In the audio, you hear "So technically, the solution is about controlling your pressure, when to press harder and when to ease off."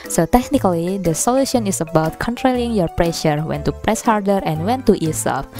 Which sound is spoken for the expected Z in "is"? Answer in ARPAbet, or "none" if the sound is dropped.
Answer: S